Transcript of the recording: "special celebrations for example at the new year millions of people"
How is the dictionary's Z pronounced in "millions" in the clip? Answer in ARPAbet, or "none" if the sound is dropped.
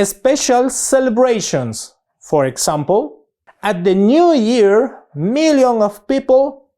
none